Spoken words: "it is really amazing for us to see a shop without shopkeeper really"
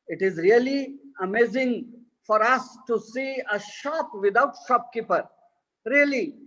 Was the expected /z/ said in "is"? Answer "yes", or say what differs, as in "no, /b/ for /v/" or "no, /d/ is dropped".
yes